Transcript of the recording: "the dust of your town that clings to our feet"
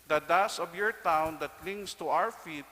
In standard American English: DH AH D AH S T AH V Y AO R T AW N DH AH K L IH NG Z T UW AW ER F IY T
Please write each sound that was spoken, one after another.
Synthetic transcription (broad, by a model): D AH D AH S AH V Y AO R T AW N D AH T L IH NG S T UW AW ER F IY T